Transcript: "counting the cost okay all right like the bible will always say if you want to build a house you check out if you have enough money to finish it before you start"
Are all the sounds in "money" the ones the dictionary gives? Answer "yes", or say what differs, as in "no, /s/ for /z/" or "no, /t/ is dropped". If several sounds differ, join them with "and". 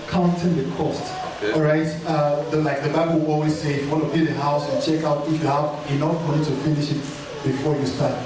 no, /n/ is dropped